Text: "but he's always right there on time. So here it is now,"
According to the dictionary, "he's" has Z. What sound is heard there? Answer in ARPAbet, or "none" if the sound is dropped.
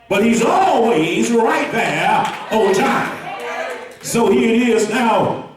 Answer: Z